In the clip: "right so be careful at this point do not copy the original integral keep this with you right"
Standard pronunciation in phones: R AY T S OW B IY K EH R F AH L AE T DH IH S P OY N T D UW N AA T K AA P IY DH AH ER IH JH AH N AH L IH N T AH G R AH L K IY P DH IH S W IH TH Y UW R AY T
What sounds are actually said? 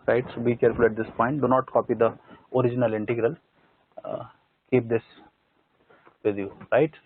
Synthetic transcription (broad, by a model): R AY T S OW B IY K EH R F AH L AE T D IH S P OY N T D UW N AA T K AA P IY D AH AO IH JH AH N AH L IH N T AH G R AH L K IY P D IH S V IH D Y UW R AY T